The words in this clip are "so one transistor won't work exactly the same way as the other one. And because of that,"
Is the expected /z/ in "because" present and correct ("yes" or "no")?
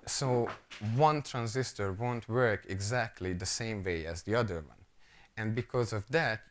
yes